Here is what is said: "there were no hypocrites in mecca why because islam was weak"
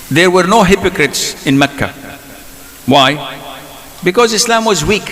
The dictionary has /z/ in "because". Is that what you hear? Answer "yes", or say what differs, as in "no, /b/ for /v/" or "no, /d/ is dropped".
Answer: yes